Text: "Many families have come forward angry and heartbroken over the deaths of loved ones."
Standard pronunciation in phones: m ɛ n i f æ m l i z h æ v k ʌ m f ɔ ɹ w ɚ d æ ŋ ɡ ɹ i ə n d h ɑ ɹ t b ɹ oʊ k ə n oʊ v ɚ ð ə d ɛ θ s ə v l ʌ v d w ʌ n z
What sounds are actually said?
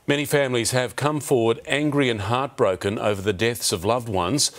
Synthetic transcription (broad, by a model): m ɛ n i f æ m l i z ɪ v k ʌ m f ɔ ɹ w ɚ d æ ŋ ɡ ɹ i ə n h ɑ ɹ t b ɹ oʊ k ə n oʊ v ɚ ð ə d ɛ θ s ə v l ʌ v d w ʌ n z